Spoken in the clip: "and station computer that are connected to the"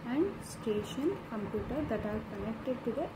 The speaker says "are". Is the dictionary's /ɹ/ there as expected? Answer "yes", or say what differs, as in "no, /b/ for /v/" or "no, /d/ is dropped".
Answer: no, /l/ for /ɹ/